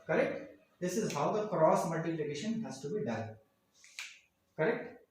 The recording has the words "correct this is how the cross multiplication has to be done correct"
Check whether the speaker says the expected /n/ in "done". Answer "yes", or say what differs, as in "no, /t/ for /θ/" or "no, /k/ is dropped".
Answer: no, /l/ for /n/